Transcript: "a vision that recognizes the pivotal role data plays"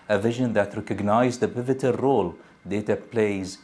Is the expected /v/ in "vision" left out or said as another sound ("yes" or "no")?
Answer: no